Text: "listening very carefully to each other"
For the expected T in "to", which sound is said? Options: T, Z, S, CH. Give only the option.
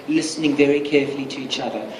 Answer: T